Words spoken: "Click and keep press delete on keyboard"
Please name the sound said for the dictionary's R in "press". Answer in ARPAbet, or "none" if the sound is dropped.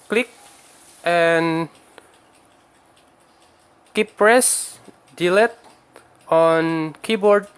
R